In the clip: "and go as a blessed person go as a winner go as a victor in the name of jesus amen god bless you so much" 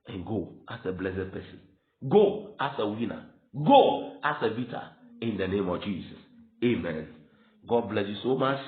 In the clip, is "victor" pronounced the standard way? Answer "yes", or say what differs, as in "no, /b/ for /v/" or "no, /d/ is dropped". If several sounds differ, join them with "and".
no, /b/ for /v/ and /k/ is dropped